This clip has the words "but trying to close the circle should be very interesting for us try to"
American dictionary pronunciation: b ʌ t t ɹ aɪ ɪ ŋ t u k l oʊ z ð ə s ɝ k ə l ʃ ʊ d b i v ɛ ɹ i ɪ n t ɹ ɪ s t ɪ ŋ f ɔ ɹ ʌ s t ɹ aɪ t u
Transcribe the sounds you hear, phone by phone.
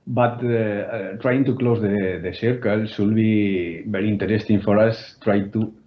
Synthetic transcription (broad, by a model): b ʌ t t ɹ aɪ ɪ ŋ t u k l oʊ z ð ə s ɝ k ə l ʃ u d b i b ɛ ɹ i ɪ n t ɹ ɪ s t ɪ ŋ f ɔ ɹ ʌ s t ɹ aɪ t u